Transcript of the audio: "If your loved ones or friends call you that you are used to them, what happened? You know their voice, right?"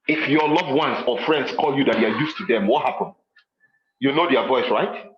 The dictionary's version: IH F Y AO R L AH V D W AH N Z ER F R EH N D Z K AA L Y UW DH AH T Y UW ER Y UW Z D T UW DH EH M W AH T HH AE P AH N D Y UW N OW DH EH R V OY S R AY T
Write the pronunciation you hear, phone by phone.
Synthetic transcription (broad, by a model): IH F Y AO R L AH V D W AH N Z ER F R EH N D S K AA L Y UW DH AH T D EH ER Y UW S T UW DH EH M W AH T HH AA P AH N Y UW N OW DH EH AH V OY S R AY T